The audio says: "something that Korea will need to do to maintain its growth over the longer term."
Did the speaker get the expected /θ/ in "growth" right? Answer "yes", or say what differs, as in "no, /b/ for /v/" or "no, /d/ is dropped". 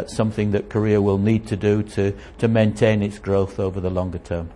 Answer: yes